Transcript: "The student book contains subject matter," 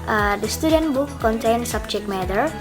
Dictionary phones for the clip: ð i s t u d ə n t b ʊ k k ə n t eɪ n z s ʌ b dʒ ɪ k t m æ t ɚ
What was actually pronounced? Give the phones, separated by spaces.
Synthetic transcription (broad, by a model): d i s t u d ə n t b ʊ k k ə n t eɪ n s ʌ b tʃ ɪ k m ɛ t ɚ